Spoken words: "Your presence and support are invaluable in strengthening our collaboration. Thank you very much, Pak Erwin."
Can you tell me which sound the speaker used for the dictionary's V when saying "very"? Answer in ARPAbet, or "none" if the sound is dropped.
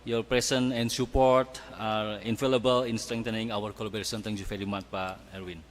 F